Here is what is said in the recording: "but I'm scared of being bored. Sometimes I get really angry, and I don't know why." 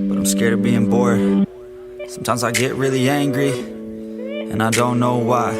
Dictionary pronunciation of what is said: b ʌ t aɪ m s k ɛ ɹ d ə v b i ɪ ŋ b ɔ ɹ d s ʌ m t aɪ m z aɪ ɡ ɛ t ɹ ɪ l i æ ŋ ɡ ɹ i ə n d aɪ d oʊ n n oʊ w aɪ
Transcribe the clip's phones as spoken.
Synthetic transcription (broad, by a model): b ʌ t aɪ m s k ɛ ɹ d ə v b i ɪ ŋ b ɔ ɹ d s ʌ m t aɪ m z aɪ ɡ ɛ t ɹ ɪ l i æ ŋ ɡ ɹ i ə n aɪ d oʊ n n oʊ w aɪ